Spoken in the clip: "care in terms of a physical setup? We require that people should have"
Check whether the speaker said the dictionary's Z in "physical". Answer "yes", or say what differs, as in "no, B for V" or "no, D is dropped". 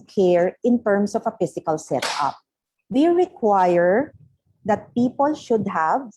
no, S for Z